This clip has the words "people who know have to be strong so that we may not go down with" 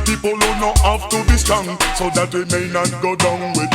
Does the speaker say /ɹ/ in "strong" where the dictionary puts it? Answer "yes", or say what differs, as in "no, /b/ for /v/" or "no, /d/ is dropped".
no, /ɹ/ is dropped